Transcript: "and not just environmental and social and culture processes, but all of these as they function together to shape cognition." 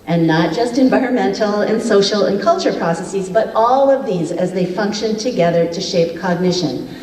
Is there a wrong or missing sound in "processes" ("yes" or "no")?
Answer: no